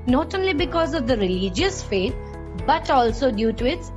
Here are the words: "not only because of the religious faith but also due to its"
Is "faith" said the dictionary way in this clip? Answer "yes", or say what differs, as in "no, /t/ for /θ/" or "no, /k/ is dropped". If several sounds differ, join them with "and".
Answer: no, /t/ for /θ/